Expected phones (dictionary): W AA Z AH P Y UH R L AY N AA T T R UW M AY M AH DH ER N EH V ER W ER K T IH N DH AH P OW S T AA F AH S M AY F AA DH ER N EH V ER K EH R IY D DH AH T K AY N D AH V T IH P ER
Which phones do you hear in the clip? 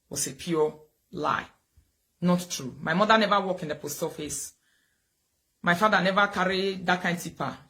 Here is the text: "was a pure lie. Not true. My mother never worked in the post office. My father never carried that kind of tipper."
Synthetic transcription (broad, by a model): W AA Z AH P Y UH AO L AY N AA T T R UW M AY M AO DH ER N EH V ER W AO K IH N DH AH P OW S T AA F AH S M AY F AA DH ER N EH V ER K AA R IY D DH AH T K AY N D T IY P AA